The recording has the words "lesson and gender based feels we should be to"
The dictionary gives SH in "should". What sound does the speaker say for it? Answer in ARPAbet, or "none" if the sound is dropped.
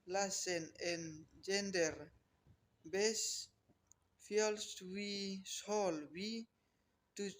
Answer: S